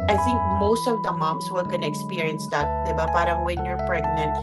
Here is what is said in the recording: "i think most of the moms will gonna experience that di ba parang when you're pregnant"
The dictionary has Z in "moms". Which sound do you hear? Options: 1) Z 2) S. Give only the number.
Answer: 2